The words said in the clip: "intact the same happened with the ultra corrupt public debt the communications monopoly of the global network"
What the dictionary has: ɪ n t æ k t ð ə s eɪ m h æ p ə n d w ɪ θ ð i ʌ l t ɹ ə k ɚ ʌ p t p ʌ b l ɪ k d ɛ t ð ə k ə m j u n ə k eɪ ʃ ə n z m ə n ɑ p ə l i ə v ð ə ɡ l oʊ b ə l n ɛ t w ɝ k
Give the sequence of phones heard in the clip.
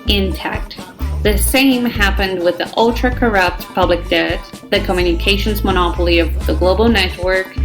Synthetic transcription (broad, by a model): ɪ n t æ k t ð ə s eɪ m h æ p ə n d w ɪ ð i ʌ l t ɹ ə k ɚ ʌ p t p ʌ b l ɪ k d ɛ t ð ə k ə m j u n ə k eɪ ʃ ə n z m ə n ɑ p l i ə v ð ə ɡ l oʊ b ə l n ɛ t w ɝ k